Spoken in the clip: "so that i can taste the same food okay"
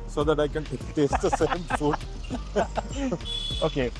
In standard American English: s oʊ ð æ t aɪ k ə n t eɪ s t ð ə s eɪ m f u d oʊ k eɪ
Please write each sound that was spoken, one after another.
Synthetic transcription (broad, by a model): s oʊ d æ t aɪ k ə n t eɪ t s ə s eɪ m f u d oʊ k eɪ